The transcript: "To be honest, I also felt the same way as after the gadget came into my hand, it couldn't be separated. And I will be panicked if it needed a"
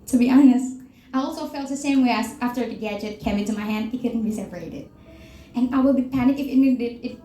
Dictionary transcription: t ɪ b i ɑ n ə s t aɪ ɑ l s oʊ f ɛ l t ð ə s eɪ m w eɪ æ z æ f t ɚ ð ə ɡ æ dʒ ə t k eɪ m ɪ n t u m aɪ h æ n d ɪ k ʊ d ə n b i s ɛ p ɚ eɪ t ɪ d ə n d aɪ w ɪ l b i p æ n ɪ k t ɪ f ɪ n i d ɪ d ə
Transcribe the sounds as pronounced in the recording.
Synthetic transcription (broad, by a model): t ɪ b i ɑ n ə s t aɪ ɑ l s oʊ f ɛ l t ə s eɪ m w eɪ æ s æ f t ɚ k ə ɡ æ dʒ ə t k eɪ m ɪ n t u m aɪ h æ n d ɪ k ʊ d n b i s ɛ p ɚ eɪ t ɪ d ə n aɪ w ɪ l b i p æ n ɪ k ɪ f ɪ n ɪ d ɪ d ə